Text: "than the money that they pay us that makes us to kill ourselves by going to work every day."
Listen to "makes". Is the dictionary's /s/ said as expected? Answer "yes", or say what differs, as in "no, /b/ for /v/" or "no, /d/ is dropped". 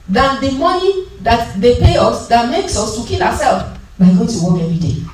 yes